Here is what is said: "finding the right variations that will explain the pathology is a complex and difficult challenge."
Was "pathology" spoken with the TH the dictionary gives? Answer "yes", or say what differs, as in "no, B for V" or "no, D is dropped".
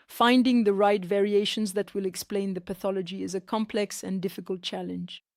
yes